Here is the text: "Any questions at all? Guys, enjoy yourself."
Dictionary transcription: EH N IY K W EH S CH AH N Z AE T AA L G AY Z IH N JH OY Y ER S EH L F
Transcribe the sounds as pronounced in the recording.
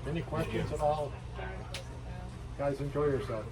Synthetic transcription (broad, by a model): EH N IY K W EH S CH AH N Z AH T AA L G AY Z IH N JH OY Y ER S EH L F